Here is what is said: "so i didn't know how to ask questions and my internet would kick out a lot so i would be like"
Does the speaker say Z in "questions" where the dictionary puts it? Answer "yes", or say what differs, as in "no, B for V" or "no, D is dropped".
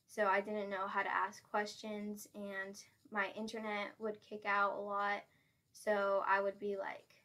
yes